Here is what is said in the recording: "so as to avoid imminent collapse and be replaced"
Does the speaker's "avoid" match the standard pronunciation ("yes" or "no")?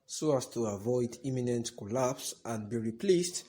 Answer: yes